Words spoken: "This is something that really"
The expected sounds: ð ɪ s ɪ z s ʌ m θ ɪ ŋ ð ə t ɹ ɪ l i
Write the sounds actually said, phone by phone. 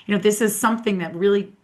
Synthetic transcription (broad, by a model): ð ɪ s ɪ z s ʌ m θ ɪ ŋ ð ə t ɹ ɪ l i